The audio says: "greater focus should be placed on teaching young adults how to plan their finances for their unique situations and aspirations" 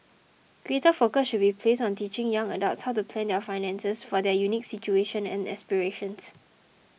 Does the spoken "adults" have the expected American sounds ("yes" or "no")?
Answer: no